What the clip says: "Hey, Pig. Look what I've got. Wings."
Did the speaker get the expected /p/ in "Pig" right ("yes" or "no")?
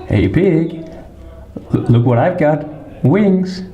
no